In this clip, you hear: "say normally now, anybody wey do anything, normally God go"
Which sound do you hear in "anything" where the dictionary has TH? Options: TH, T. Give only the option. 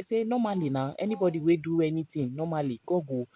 T